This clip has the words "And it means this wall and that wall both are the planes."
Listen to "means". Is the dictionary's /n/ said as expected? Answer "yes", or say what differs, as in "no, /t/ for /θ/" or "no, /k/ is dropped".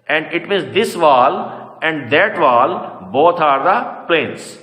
no, /n/ is dropped